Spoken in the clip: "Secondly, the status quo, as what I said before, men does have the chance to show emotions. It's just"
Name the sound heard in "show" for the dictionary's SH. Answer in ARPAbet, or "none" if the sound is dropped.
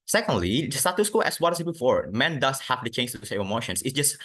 S